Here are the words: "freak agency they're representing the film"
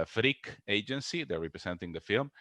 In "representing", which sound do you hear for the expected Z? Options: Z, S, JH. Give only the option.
S